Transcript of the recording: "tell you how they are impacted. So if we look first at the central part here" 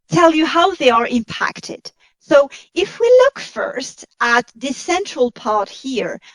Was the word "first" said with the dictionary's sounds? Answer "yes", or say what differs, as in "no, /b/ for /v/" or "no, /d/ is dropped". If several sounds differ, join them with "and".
yes